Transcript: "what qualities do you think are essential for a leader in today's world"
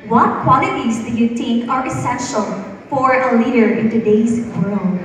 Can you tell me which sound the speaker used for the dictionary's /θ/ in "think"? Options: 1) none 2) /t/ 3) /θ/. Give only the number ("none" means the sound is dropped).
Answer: 2